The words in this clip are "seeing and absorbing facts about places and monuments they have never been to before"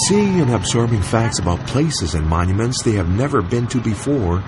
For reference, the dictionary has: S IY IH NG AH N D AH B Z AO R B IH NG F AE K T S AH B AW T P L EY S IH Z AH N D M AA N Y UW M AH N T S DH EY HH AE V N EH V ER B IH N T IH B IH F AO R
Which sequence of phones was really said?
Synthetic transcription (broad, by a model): S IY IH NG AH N AH B Z AO R B IH NG F AE K T S AH B AW T P L EY S IH Z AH N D M AA N Y UW M AH N T S DH EY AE V N EH V ER B IH N T IH B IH F AO R